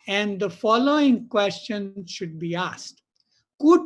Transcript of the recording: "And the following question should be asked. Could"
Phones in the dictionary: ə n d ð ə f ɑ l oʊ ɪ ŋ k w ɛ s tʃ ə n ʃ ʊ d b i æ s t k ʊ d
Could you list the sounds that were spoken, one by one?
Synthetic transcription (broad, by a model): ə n d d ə f ɑ l oʊ ɪ ŋ k w ɛ s tʃ ə n ʃ ʊ d b i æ s t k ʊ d